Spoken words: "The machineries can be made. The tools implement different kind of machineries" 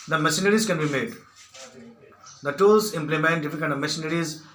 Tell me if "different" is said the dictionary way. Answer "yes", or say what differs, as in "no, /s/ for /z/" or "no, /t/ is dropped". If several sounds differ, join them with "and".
no, /ɹ/ is dropped